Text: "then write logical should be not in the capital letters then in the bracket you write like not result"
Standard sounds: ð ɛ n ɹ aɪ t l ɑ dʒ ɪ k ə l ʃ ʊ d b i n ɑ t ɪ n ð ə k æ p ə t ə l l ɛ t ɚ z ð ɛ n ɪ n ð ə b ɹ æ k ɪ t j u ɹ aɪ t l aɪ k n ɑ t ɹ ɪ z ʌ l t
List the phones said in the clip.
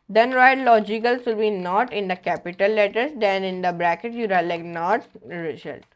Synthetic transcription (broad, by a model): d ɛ n ɹ aɪ t l ɑ dʒ ɪ k ə l s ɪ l b i n ɑ t ɪ n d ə k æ p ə t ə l l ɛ t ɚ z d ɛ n ɪ n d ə b ɹ æ k ɪ t j u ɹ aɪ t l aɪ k n ɑ t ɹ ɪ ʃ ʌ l